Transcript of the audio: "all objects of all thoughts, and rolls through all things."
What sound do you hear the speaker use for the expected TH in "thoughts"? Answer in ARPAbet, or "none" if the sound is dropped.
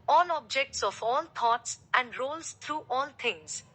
T